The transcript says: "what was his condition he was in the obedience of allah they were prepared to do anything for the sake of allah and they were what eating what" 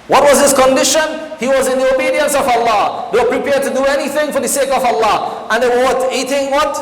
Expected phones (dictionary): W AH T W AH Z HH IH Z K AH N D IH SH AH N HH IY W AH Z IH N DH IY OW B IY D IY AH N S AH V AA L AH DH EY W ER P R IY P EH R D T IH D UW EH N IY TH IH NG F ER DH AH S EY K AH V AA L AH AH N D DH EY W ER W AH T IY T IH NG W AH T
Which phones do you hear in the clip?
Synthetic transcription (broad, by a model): W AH T W AH Z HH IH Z K AH N D IH SH AH N HH IY W AH Z IH N DH IY OW B IY D IY AH N S AH V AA L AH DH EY W ER P R IY P EH R D T IH D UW EH N IY TH IH NG F ER DH AH S EY K AH V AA L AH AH N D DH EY W ER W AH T IY T IH NG W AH T